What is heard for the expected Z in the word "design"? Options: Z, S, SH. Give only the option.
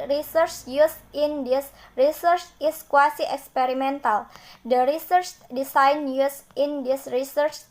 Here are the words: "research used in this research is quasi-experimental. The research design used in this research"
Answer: S